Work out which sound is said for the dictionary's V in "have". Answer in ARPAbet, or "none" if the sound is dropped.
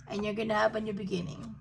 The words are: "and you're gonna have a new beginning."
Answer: B